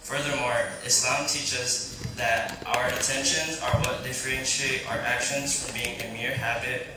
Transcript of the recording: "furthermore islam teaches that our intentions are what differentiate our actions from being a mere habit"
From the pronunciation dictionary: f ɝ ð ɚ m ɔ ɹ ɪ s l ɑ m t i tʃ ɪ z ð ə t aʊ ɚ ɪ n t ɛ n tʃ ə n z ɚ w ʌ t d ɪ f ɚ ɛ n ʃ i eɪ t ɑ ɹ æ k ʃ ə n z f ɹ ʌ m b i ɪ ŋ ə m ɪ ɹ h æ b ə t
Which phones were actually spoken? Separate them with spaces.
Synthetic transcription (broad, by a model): f ɝ ð ɚ m ɔ ɹ ɪ s l ɑ m t i tʃ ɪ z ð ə t aʊ ɚ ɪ n t ɛ n ʃ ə n z ɚ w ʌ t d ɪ f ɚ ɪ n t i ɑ ʌ ɹ æ k ʃ ə n z f ɹ ʌ m b i ɪ ŋ ə m ɪ ɹ h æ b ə t